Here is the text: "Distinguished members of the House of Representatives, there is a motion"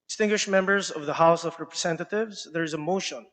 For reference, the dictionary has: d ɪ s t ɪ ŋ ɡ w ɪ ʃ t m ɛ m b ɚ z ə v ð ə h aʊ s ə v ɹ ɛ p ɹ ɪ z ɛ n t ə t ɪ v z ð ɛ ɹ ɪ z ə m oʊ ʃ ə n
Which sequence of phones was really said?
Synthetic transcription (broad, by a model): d s t ɪ ŋ ɡ w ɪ ʃ m ɛ m b ɚ z ə v ð ə h aʊ s ə v ɹ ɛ p ɹ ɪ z ɛ n t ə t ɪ v z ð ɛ ɹ ɪ z ə m oʊ ʃ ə n